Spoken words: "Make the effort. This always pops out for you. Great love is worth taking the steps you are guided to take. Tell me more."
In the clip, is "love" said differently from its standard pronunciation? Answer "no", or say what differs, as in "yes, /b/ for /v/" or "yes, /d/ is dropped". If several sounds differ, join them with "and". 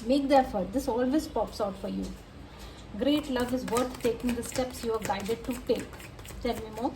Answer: no